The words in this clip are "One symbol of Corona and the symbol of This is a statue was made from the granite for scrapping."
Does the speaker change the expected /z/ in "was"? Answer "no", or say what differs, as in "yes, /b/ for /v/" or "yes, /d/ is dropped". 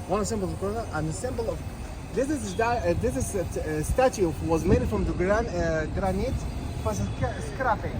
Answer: no